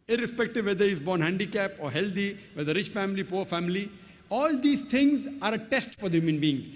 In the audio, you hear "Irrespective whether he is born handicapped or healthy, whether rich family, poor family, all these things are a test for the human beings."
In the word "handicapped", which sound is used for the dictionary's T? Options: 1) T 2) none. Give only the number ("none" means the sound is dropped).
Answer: 2